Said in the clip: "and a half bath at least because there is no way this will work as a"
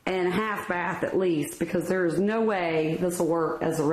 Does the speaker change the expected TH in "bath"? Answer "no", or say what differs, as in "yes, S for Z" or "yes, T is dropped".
no